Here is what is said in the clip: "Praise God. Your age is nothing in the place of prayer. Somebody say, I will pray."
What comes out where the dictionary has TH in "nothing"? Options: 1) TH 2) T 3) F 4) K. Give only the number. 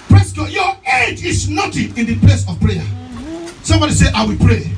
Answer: 2